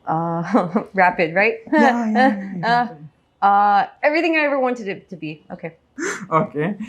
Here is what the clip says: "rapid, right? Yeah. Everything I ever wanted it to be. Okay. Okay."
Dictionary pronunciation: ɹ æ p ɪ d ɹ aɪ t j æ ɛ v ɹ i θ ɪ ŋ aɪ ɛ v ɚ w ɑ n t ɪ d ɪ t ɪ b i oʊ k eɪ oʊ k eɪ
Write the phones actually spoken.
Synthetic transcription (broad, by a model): ɹ æ p ɪ d ɹ aɪ t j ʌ ɛ v ɹ i θ ɪ ŋ aɪ ɛ v ɚ w ɑ n t ɪ d ɪ t ɪ b i oʊ k eɪ oʊ k eɪ